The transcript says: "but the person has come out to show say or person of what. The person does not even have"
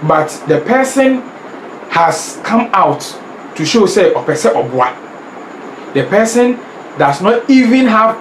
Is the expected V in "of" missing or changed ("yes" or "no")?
yes